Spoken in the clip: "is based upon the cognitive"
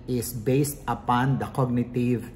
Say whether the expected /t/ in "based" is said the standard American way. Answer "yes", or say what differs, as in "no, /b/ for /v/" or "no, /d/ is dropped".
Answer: yes